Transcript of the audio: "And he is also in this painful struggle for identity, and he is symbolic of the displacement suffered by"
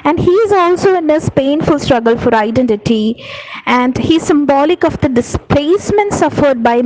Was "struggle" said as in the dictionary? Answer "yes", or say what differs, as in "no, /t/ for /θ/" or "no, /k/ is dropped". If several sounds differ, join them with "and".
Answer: yes